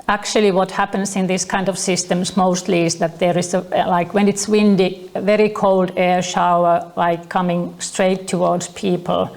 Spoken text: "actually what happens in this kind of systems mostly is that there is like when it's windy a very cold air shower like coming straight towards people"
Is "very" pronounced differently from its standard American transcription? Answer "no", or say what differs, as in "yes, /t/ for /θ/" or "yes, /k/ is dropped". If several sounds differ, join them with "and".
no